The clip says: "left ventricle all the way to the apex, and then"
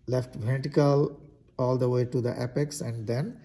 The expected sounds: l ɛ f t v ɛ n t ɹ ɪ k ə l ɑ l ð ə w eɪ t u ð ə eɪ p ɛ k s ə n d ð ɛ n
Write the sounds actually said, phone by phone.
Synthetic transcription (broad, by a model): l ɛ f t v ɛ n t ɪ k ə l ɑ l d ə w eɪ t u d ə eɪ p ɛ k s ə n d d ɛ n